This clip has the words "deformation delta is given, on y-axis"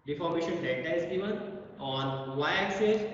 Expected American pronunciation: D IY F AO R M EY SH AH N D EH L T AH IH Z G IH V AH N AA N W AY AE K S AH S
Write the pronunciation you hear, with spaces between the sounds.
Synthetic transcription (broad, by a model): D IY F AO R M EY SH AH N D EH T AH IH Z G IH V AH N AA N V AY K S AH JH